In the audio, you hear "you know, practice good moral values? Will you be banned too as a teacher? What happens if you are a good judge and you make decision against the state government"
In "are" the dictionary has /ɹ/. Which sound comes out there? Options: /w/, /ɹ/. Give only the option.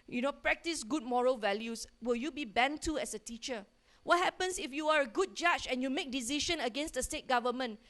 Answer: /ɹ/